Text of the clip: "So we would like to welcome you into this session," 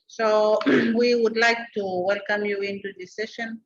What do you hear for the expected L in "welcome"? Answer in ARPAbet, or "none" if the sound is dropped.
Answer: L